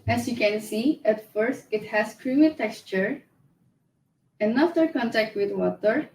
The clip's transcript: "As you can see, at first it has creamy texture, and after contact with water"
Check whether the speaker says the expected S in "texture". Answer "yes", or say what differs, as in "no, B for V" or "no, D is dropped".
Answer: yes